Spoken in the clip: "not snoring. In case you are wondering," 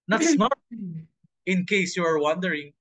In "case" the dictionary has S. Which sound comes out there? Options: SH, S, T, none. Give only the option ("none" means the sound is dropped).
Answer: S